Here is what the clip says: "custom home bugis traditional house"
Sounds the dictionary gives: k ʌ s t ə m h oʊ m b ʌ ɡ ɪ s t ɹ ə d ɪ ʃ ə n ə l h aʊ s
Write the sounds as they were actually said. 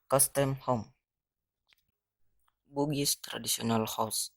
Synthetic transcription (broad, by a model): k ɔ s t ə m h oʊ m b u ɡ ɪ s t ɹ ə d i s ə n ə l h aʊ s